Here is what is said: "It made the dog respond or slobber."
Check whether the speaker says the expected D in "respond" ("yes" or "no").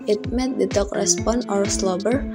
no